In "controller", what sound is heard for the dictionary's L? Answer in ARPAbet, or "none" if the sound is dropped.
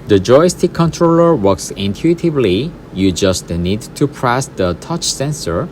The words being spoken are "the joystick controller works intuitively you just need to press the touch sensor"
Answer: L